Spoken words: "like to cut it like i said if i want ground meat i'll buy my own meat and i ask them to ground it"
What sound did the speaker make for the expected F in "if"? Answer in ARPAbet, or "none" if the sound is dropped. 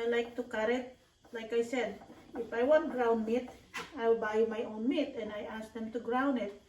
F